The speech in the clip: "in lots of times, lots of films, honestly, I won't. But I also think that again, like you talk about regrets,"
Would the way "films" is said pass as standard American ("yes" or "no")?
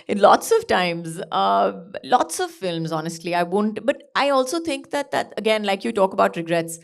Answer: yes